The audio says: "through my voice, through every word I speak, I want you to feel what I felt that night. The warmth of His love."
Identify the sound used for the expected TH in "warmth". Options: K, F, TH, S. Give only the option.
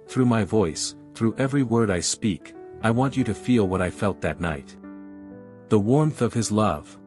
TH